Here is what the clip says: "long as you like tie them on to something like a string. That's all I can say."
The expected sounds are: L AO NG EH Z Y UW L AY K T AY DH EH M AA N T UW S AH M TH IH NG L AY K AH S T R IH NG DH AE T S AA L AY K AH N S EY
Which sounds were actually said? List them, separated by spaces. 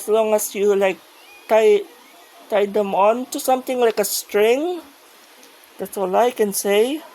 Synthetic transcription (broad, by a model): L AO NG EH S Y UW L AY K T AY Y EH M AA N T UW S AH M T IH NG L AY K AH S T R IH NG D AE T S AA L AY K AH N S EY